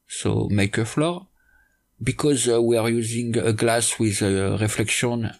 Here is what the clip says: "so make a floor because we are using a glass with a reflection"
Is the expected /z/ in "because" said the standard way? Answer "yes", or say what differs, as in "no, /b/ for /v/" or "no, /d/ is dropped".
yes